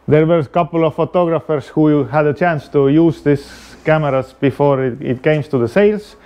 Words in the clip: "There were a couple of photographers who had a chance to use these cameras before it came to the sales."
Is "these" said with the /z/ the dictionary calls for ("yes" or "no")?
no